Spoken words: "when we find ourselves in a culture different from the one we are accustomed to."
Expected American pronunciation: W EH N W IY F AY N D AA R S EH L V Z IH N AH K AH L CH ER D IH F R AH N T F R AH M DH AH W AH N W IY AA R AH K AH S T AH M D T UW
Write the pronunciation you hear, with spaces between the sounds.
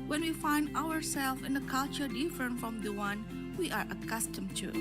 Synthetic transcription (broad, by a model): W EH N W IY F AY N D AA R S EH L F IH N AH K AH L CH ER D IH F R AH N T F R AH M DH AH W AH N W IY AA R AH K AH S T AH M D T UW